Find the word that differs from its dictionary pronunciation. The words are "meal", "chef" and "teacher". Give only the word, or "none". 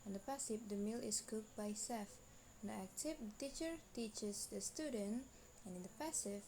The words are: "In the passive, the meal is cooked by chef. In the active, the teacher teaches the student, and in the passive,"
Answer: chef